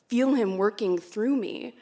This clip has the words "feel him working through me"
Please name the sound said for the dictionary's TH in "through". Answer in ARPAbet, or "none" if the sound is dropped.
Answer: TH